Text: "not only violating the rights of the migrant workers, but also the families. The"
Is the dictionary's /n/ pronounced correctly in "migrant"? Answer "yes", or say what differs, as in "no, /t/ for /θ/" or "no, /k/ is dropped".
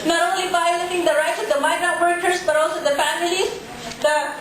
no, /n/ is dropped